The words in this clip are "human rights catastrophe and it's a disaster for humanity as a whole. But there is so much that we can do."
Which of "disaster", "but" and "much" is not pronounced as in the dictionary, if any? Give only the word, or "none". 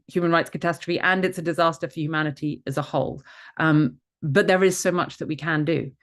none